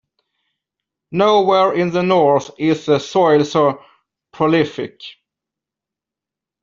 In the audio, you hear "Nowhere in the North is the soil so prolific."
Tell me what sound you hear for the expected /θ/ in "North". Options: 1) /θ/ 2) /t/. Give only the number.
1